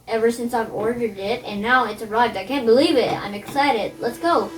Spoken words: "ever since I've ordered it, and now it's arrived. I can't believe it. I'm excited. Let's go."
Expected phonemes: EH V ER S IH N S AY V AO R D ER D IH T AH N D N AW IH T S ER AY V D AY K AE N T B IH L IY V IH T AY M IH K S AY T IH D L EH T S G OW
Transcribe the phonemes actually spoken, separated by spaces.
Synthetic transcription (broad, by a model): EH V ER S IH N S AY V AO R D ER D IH T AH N N AW IH T S ER AY V D AY K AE N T B IH L IY V IH T AY M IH K S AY T IH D L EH T S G OW